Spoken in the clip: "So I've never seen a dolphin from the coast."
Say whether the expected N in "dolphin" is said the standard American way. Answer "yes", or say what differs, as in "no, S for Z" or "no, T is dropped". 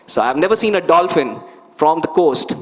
yes